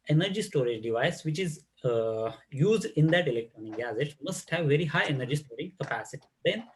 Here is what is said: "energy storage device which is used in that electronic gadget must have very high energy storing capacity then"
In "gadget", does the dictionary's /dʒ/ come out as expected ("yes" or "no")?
no